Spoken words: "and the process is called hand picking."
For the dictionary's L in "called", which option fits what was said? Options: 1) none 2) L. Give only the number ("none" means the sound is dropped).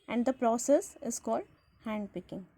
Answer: 2